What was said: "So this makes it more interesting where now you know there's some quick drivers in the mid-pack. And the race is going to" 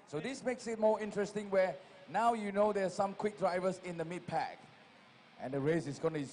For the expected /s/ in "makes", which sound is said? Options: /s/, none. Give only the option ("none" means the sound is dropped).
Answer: /s/